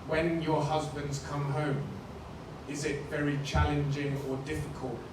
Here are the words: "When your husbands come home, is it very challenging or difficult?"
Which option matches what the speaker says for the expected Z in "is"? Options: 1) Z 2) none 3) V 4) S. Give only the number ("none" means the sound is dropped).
1